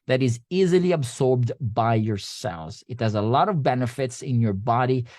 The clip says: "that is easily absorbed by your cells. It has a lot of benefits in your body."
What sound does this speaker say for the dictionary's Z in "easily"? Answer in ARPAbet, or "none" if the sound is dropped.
Z